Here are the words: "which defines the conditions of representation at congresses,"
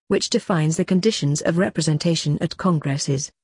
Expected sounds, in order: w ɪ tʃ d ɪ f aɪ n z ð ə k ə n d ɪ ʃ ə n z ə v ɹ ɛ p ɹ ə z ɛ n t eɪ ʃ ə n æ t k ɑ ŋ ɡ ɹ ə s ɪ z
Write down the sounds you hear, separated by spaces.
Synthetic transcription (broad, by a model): w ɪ tʃ d ɪ f aɪ n z ð ə k ə n d ɪ ʃ ə n z ə v ɹ ɛ p ɹ ə z ɛ n t eɪ ʃ ə n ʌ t k ɑ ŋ ɡ ɹ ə s ɪ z